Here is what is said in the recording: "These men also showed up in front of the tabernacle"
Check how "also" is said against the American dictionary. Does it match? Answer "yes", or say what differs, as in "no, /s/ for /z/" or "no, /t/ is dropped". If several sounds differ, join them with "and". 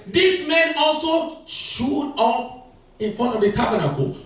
yes